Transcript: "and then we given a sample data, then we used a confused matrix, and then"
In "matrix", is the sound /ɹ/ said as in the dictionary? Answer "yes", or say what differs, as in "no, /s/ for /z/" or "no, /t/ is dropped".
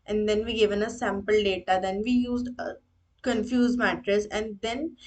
no, /ɹ/ is dropped